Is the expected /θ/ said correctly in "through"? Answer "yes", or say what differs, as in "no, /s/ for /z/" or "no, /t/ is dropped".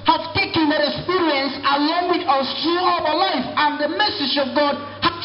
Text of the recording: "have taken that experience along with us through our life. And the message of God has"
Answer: no, /t/ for /θ/